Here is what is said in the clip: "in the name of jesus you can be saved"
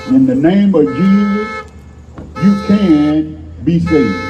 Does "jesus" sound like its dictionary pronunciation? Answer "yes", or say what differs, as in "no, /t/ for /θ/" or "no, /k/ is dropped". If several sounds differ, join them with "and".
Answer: yes